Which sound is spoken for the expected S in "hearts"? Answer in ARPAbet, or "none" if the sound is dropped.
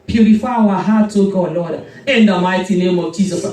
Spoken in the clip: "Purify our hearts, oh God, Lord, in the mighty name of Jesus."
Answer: none